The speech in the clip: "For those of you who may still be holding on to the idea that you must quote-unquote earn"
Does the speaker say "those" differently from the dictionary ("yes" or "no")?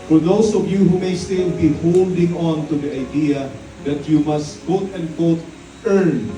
yes